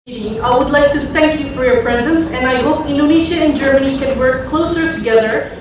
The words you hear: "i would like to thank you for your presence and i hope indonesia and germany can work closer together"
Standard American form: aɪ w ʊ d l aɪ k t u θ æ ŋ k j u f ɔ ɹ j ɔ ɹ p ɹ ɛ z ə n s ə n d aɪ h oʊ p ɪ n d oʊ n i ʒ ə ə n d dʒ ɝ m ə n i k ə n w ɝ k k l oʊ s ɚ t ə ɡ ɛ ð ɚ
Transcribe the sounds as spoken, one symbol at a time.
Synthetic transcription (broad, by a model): aɪ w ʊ d l aɪ k t u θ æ ŋ k j u f ɔ ɹ j ɔ ɹ p ɹ ɛ z ə n s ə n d aɪ h oʊ p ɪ n d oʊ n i ʃ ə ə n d dʒ ɝ m ə n i k ə n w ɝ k k l oʊ s ɚ t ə ɡ ɛ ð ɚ